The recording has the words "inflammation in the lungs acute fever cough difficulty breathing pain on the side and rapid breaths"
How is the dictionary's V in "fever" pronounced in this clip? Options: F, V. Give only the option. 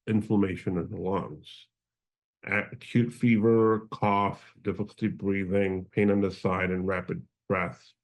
V